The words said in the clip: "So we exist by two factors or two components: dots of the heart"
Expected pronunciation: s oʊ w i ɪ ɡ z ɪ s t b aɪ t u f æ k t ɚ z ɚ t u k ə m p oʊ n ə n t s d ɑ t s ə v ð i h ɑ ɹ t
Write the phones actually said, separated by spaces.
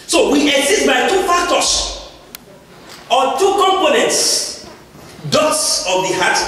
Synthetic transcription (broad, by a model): s oʊ w i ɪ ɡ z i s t b aɪ t u f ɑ k t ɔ s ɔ t u k ə m p oʊ n ə n t s d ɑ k s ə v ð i h ɑ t